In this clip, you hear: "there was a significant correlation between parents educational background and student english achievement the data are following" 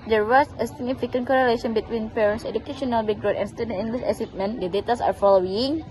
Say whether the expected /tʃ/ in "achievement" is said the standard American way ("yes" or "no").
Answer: no